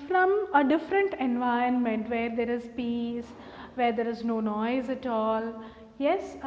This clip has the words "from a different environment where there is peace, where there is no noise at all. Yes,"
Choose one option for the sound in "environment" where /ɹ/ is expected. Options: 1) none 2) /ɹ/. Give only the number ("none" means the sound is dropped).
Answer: 1